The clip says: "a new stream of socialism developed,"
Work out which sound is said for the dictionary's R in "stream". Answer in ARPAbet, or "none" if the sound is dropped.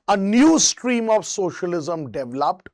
R